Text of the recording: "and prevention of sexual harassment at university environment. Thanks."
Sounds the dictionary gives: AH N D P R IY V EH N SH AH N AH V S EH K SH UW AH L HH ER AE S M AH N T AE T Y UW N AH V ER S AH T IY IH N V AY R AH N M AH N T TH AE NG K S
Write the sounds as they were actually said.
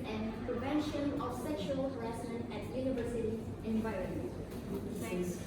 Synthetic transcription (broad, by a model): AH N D P R IY V EH N SH AH N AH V S EH K SH UW AH L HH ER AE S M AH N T AE T Y UW N AH V ER S AH T IY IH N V AY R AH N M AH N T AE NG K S